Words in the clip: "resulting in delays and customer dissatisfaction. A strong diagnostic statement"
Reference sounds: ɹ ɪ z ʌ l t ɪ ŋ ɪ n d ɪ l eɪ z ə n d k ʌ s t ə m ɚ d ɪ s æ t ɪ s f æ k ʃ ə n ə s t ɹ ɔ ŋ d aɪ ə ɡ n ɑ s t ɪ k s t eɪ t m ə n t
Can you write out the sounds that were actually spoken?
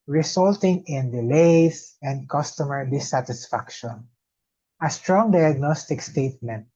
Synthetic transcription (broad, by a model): ɹ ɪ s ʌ l t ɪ ŋ ɪ n d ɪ l eɪ s ə n d k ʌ s t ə m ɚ d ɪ s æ t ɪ s f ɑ k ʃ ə n ə s t ɹ ɔ ŋ d aɪ ə ɡ n ɑ s t ɪ k s t eɪ t m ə n t